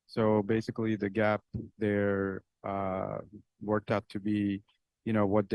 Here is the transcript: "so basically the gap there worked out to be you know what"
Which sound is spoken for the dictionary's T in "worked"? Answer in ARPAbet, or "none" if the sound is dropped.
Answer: T